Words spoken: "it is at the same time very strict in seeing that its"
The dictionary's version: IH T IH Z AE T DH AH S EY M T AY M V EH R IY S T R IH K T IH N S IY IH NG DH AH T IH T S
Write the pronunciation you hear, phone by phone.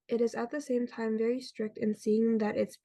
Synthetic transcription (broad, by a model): IH T IH Z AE T DH AH S EY M T AY M V EH R IY S T R IH K T IH N S IY IH NG DH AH T IH T S